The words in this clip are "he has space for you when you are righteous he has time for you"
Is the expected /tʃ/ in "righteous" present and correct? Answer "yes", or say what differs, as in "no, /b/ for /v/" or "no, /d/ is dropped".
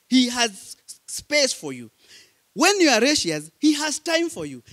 no, /ʃ/ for /tʃ/